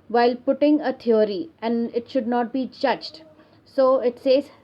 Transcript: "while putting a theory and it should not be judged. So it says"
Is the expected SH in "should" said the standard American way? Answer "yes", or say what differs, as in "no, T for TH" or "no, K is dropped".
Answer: yes